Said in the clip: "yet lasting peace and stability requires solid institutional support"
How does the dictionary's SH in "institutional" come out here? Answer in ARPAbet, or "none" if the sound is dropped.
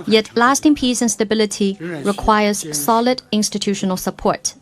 SH